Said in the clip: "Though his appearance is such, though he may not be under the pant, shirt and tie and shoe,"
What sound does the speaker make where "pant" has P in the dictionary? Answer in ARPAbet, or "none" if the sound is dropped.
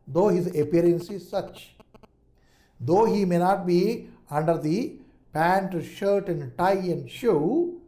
P